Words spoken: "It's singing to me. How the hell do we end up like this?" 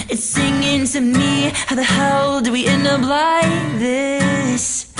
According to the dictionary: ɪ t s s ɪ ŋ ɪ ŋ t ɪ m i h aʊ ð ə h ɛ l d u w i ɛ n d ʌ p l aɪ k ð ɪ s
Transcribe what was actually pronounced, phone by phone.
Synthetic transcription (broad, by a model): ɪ t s s ɪ ŋ ɪ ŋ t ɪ m i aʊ ð ə h ɛ l d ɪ w i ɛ n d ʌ b l aɪ ð ɪ s